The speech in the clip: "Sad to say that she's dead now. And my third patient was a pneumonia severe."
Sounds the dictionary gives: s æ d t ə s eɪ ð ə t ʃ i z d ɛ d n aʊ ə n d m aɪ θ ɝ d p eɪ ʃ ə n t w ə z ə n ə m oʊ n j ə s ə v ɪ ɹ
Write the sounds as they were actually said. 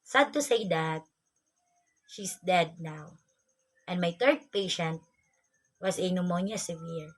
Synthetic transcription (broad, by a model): s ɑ d t ə s eɪ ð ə t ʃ i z d ɛ d n aʊ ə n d m aɪ t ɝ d p eɪ ʃ ə n t w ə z ə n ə m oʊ n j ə s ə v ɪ ɹ